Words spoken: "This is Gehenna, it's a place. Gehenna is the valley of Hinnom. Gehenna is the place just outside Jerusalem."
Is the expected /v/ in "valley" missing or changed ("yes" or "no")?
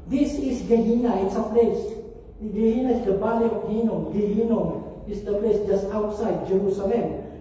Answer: yes